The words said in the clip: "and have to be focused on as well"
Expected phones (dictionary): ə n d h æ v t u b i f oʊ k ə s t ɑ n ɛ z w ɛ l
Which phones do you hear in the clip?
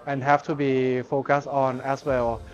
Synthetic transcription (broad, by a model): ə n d h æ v t u b i f oʊ k ə s t ɑ n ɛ s w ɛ l